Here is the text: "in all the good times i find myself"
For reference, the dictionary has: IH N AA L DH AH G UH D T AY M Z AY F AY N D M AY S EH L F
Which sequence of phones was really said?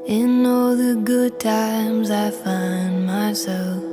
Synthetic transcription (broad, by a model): IH N AA L DH AH G UH D T AY M Z AY F AY N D M AY S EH L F